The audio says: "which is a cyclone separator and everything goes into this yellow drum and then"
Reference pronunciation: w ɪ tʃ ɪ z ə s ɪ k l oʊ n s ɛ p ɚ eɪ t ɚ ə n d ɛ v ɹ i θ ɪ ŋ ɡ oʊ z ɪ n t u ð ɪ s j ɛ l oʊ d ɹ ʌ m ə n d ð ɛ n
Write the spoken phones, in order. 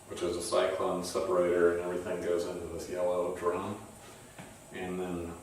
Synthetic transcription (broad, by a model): w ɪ tʃ ɪ z ə s ɪ k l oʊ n s ɛ p ɚ eɪ t ɚ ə n ɛ v ɹ i θ ɪ ŋ ɡ oʊ z ɪ n t u ð ɪ s j ɛ l oʊ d ɹ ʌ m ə n ð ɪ n